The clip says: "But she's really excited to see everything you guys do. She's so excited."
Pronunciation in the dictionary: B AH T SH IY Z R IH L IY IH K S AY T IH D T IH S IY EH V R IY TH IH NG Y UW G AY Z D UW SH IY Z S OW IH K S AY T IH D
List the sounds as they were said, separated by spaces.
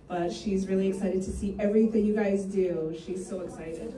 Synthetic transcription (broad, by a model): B AH T SH IY Z R IH L IY IH K S AY T IH D T IH S IY EH V R IY TH IH NG Y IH G AY Z D UW SH IY Z S OW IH K S AY T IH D